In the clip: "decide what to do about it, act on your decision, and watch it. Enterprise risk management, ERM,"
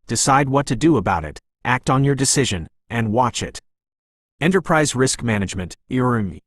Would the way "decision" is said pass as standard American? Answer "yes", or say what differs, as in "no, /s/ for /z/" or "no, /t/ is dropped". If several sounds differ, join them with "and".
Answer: yes